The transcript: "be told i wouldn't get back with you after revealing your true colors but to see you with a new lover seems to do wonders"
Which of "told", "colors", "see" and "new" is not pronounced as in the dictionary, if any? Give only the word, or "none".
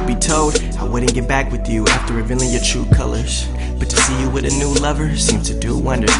none